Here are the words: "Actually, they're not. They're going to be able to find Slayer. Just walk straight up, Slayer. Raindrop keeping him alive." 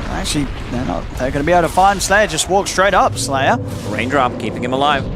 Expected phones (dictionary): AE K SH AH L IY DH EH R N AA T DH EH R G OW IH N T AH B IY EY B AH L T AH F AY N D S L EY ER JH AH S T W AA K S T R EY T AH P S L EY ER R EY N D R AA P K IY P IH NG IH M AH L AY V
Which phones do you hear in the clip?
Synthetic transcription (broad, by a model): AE K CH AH L IY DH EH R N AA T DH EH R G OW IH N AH B IY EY AH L T AH F AY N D S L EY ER JH AH S T W AA K S T R EY T AH P S L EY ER R EY N D R AA P K IY P IH NG IH M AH L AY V